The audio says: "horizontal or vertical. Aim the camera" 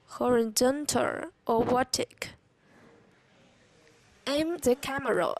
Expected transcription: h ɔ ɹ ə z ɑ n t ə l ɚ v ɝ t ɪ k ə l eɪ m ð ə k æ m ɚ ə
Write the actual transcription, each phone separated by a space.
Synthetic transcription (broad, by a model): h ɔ ɹ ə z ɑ n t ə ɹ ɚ w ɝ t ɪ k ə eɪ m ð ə k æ m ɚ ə